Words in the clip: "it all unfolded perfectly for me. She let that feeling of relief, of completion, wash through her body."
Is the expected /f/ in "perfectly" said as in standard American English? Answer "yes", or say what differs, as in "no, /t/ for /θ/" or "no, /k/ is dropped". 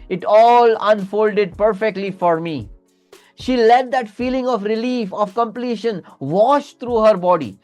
yes